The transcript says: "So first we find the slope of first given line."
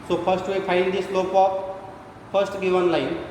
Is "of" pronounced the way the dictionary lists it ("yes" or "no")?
no